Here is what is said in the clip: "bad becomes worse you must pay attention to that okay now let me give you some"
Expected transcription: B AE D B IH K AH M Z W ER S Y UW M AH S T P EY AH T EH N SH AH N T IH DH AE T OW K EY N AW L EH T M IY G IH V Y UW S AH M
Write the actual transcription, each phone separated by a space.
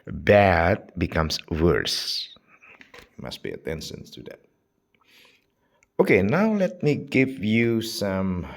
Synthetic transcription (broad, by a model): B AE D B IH K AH M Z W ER S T M AH S T B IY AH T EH N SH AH N T IH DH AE T OW K EY N AW L EH T M IY G IH V Y UW S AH M